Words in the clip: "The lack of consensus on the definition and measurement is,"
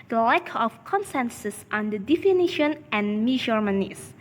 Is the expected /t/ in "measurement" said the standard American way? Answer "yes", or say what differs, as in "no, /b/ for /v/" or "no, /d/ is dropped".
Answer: no, /t/ is dropped